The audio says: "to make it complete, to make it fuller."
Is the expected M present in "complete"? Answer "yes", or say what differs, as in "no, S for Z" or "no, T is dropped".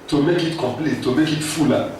no, M is dropped